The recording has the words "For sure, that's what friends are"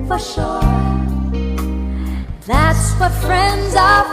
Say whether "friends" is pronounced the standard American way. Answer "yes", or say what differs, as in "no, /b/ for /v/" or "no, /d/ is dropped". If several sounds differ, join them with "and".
yes